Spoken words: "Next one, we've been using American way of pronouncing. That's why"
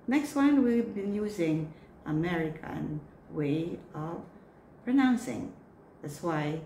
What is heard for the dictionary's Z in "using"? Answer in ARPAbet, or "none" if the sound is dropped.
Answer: Z